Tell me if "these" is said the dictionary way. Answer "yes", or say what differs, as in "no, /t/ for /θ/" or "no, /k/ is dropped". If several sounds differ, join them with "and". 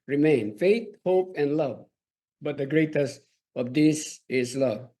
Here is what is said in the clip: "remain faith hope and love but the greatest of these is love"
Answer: no, /s/ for /z/